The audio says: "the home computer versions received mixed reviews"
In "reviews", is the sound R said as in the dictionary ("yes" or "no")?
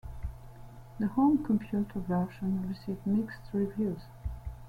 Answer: yes